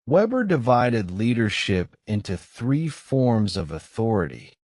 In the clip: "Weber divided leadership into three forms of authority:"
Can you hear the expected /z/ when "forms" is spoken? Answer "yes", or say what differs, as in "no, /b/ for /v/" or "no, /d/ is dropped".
yes